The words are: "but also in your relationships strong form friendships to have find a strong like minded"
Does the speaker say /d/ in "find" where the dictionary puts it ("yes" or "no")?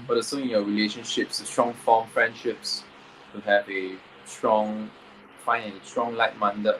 no